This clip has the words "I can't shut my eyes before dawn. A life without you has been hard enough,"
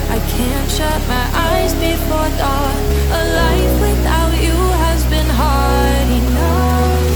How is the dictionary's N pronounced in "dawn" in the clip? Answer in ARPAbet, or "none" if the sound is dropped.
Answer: none